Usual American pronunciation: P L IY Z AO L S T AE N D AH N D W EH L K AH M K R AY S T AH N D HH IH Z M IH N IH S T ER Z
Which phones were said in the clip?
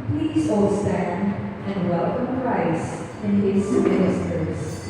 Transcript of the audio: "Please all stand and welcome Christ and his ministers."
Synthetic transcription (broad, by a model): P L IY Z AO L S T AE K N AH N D W EH L K AH M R AY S AH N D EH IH S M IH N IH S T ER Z